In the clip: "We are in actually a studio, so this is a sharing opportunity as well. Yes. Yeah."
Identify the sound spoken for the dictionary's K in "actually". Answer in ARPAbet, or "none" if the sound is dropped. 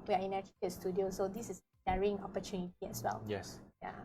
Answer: none